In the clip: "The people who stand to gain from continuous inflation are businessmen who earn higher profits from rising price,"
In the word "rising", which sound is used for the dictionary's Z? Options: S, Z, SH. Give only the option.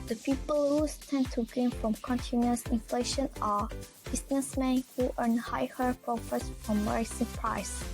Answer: S